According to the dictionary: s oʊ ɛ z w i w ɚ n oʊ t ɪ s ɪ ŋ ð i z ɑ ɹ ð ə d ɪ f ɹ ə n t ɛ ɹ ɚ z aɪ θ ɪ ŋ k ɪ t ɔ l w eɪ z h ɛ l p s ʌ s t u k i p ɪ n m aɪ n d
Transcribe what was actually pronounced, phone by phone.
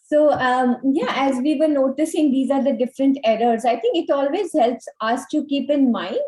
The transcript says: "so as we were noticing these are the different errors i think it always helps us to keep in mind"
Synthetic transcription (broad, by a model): s oʊ ɛ z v i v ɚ n oʊ t ɪ s ɪ ŋ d i z ɑ ɹ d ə d ɪ f ɹ ə n t ɛ ɹ ɚ z aɪ t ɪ ŋ k ɪ t ɔ l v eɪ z h ɛ l p s ʌ s t u k i p ɪ n m aɪ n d